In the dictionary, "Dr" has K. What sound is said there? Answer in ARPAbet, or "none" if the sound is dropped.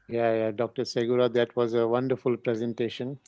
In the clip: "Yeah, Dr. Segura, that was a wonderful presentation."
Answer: K